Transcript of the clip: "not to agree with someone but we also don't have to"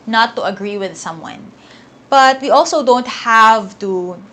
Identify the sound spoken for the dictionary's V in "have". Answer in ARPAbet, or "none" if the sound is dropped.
V